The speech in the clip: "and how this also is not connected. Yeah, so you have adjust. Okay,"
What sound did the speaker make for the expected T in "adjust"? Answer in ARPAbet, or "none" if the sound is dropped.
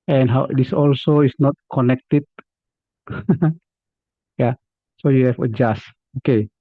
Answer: none